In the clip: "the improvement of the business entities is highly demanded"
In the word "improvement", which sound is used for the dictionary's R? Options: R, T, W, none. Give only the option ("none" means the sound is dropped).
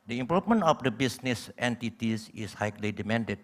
none